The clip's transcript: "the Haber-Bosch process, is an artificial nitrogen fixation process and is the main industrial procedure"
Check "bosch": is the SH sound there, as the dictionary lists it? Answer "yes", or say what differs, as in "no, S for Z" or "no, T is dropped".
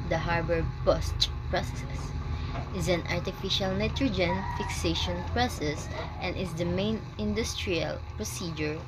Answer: no, S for SH